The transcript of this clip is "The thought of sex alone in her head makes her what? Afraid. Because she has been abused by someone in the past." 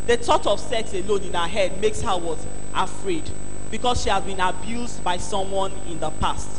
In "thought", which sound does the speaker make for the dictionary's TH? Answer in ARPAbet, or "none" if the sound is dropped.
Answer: T